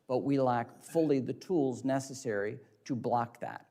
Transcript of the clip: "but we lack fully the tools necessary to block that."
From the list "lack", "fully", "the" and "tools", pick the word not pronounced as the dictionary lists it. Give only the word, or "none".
none